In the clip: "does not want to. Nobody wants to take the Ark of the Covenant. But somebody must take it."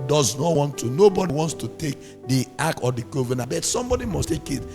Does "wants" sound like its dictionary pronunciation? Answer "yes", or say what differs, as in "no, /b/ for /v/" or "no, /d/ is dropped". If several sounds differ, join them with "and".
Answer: yes